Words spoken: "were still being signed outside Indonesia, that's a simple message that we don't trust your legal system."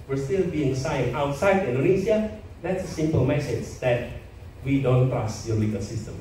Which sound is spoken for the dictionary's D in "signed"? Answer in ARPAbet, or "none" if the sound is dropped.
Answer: none